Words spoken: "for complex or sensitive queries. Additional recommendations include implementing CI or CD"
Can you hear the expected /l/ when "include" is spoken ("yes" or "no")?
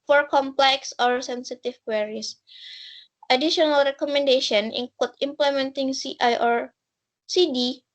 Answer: no